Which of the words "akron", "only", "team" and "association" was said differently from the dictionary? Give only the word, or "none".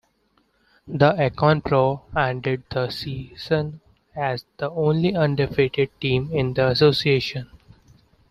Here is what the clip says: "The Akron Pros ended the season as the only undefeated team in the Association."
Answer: akron